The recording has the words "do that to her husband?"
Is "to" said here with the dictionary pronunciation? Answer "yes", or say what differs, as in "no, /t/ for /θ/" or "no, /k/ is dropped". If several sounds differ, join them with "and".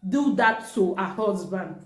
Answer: no, /s/ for /t/